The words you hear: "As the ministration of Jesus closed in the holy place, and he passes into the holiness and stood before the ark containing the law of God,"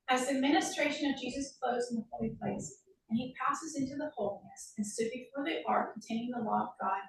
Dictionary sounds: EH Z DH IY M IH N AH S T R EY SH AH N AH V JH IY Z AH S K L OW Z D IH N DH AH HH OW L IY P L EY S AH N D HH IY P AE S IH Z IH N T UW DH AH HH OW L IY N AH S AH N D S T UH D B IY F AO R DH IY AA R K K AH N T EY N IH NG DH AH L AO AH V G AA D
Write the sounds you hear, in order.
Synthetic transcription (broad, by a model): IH Z DH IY M IH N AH S T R EY SH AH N AH V JH IY Z AH S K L OW Z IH N DH AH HH OW L IY P L EY S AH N IY P AE S IH Z IH N T UW DH AH HH OW L IY N AH S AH N S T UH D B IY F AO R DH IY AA R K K N T EY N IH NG DH AH L AO AH V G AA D